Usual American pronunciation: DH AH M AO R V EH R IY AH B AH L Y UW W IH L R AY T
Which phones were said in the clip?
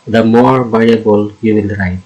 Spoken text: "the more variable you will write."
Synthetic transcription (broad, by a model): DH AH M AO R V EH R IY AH B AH L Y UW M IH N R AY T